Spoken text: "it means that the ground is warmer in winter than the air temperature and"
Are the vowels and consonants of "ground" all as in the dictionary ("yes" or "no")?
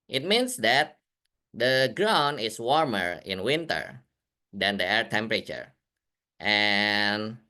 no